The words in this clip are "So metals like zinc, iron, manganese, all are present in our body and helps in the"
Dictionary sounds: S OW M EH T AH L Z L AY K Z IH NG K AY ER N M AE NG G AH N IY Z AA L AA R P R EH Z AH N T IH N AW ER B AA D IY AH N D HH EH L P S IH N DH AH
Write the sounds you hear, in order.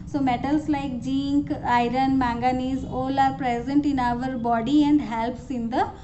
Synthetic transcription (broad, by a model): S OW M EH T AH L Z L AY K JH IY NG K AY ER N M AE NG G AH N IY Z AA L AA R P R EH Z AH N T IH N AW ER B AA D IY AH N D HH EH L P S IH N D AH